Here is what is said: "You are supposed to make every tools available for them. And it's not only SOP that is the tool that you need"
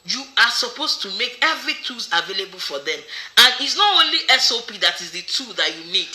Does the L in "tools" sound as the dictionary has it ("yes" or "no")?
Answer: no